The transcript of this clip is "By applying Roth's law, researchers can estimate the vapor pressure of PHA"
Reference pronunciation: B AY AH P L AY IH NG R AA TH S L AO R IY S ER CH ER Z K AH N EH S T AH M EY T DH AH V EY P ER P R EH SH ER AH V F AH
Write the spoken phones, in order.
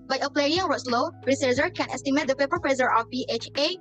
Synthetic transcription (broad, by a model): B AY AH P L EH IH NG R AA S L AO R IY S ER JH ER K AH N EH S T AH M EY T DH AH F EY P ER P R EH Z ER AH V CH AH